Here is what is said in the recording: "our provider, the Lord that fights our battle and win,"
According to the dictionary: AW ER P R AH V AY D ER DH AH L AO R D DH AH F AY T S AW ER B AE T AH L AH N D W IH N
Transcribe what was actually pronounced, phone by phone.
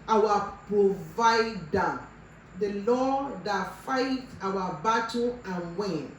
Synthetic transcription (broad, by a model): AW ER P R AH V AY D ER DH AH L AO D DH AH F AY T AW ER B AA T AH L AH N W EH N